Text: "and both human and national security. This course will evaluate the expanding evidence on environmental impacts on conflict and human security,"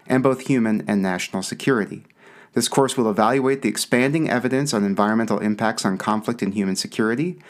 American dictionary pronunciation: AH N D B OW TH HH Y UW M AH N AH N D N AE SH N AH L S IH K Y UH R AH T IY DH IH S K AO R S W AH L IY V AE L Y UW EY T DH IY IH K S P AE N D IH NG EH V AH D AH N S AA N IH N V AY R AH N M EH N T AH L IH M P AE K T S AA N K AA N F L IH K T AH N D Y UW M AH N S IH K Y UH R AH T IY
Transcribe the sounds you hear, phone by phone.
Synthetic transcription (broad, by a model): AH N B OW TH HH Y UW M AH N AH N N AE SH N L S IH K Y UH R AH T IY DH IH S K AO R S W AH L IY V AE L Y UW EY T DH IY IH K S P AE N D IH NG EH V AH D AH N S N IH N V AY R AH N M EH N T L IH M P AE K T S N K AA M F L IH K T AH N Y UW M AH N S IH K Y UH R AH T IY